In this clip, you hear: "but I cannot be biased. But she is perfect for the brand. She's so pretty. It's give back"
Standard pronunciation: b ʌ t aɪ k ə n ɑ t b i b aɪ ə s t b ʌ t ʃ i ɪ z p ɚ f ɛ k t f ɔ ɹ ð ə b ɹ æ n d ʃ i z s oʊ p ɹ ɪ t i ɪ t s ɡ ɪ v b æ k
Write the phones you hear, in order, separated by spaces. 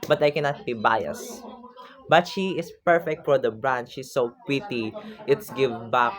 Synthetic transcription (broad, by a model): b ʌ t aɪ k ə n ɑ t b i b aɪ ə s b ʌ t ʃ i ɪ s p ɚ f ɛ k t f ɔ ɹ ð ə b ɹ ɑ n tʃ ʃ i s oʊ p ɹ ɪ t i ɪ t s ɡ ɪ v b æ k